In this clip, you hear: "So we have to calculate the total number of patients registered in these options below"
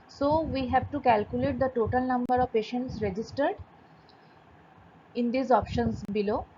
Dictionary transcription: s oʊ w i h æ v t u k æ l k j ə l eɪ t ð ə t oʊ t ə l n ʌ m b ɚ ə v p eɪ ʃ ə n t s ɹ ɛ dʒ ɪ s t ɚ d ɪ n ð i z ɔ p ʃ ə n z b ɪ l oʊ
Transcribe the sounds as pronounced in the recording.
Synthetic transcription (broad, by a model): s oʊ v i h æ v t u k æ l k j ə l eɪ t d ə t oʊ t ə l n ʌ m b ɚ ə v p eɪ ʃ ə n t s ɹ ɛ dʒ ɪ s t ɚ d ɪ n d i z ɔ p ʃ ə n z b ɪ l oʊ